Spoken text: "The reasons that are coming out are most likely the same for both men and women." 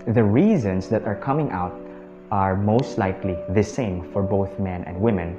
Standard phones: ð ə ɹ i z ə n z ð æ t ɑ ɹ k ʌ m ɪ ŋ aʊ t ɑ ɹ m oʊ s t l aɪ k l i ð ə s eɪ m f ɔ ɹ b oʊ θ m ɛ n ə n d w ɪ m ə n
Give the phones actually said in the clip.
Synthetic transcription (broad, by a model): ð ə ɹ i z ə n s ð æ t ɑ ɹ k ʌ m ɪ ŋ aʊ t ɑ ɹ m oʊ s t l aɪ k l i ð ə s eɪ m f ɔ ɹ b oʊ θ m ɛ n ə n d w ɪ m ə n